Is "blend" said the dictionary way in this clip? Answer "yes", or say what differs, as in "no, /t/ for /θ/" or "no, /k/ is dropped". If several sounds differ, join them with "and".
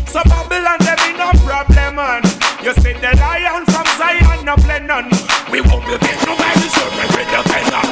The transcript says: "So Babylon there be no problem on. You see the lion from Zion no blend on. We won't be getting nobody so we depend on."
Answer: no, /d/ is dropped